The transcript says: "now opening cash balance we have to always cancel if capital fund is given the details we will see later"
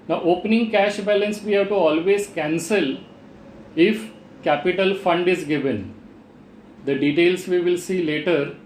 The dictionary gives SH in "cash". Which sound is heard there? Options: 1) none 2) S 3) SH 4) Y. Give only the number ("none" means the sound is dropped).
3